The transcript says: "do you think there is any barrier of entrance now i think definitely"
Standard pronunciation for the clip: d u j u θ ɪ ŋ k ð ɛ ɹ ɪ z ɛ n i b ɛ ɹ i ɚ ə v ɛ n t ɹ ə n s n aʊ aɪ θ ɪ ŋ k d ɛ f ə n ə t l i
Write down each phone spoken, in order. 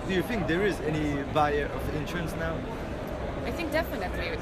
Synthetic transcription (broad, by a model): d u j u θ ɪ ŋ k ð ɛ ɹ ɪ z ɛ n i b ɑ i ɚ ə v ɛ n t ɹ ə n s n aʊ aɪ θ ɪ ŋ k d ɛ f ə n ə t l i